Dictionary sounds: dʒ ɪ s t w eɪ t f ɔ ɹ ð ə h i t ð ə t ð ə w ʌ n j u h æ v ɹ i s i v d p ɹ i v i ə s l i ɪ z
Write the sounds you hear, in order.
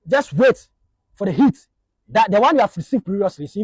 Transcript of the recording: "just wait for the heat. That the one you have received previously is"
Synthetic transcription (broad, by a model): dʒ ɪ s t w eɪ t f ɔ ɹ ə h i t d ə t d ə w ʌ n j u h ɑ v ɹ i s i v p i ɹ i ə s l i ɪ